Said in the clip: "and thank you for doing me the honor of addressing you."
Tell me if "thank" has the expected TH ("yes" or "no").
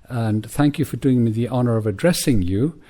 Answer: yes